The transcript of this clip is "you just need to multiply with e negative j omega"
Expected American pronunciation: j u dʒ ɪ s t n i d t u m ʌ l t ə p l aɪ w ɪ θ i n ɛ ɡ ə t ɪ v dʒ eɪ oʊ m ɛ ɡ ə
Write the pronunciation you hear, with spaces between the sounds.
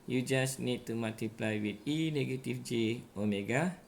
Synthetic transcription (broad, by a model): j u dʒ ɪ s n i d t u m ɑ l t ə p l aɪ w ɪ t i n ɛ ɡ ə t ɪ f dʒ eɪ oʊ m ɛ ɡ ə